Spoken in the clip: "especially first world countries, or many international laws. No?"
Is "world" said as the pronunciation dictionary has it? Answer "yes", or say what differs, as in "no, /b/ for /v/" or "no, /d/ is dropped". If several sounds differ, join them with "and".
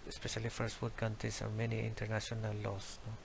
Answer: no, /l/ is dropped